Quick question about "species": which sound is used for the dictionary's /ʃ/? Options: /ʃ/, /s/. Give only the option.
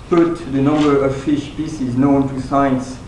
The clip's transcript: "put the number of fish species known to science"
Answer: /s/